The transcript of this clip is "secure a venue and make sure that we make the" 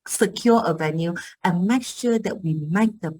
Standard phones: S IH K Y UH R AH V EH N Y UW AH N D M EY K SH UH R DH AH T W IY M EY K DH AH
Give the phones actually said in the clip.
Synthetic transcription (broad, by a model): S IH K Y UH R AH V EH N Y UW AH N M EY K SH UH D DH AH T W IY M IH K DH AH